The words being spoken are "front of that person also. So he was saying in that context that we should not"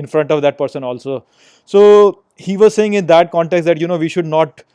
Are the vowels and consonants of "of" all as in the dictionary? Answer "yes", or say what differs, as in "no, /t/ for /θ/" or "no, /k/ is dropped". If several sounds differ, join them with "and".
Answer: yes